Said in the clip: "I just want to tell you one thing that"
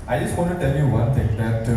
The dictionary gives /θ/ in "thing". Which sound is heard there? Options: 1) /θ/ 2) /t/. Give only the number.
2